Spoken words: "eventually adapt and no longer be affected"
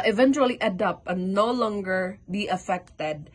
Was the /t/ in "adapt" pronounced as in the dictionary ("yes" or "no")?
no